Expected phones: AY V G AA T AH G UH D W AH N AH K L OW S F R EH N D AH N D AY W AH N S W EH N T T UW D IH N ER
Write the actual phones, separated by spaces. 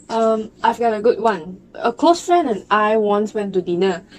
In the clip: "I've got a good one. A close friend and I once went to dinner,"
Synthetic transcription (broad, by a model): AY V G AA T AH G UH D W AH N AH K L OW S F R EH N AH N AY W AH N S W EH N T T UW D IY N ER